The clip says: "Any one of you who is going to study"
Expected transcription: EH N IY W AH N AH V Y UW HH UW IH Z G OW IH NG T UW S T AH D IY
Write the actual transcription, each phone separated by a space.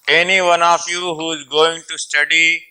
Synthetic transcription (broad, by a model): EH N IY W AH N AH F Y UW HH UW IH Z G OW IH NG T UW S T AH D IY